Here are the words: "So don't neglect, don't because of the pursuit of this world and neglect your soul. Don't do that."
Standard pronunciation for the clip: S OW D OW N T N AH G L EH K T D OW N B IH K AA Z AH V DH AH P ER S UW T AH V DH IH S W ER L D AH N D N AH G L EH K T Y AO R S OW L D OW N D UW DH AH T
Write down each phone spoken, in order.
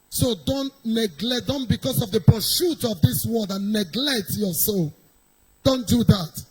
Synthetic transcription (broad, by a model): S OW D OW N T N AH G L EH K D OW N B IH K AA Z AH V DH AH P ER SH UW T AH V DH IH S W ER L D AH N N AH G L EH K T Y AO S OW L D OW N D UW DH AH T